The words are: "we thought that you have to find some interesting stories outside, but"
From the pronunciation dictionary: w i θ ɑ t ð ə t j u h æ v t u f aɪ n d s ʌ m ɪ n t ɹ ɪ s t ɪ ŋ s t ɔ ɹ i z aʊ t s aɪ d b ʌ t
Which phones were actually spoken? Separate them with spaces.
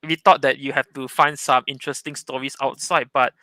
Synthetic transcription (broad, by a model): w i t ɑ t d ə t j u h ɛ f t u f aɪ n d s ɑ m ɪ n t ɹ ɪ s t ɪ ŋ s t ɔ ɹ i s aʊ t s aɪ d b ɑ t